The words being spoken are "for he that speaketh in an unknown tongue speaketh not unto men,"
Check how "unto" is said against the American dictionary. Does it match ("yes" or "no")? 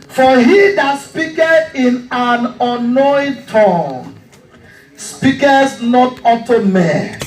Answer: no